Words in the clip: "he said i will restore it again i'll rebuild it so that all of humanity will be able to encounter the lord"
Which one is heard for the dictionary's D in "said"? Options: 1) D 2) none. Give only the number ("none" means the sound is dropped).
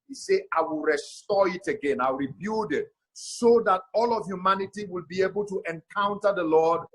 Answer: 2